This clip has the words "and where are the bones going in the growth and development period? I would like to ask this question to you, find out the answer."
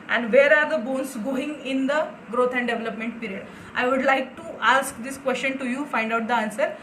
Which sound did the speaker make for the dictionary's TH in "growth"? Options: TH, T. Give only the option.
T